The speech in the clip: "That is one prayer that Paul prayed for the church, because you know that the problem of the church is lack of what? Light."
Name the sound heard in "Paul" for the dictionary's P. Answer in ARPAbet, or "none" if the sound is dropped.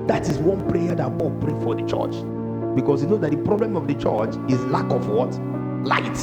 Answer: B